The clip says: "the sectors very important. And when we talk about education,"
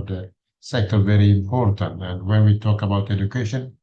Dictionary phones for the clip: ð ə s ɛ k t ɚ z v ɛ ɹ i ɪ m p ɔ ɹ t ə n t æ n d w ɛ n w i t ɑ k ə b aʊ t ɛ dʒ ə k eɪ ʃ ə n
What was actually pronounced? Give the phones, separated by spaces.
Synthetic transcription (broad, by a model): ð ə s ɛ k t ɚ v ɛ ɹ i ɪ m p ɔ ɹ t ə n t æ n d w ɛ n w i t ɑ k ə b aʊ t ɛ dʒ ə k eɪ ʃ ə n